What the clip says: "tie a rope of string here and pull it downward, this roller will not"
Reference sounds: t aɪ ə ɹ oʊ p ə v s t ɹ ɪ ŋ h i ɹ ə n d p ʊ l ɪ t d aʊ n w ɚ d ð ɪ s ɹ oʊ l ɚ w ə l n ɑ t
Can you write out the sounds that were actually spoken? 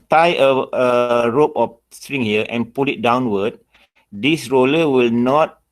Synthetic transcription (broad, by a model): t aɪ ə ɹ oʊ p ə f s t ɹ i ŋ h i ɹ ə n p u l ɪ t d aʊ n w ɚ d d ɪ s ɹ oʊ l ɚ w ə l n ɑ t